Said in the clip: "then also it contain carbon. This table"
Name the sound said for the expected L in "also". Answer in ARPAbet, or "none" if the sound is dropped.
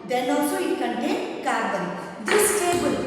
none